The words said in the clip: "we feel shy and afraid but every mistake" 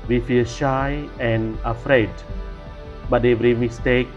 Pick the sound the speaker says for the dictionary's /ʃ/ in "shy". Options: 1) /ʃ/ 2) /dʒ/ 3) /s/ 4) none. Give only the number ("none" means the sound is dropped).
1